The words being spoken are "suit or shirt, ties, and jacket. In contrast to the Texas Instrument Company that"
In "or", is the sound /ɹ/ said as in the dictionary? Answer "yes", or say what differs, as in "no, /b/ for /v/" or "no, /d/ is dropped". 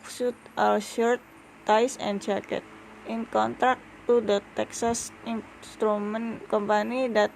no, /l/ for /ɹ/